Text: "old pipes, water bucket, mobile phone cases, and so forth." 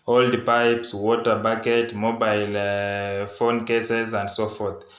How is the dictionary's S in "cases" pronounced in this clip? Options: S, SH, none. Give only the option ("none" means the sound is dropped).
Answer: S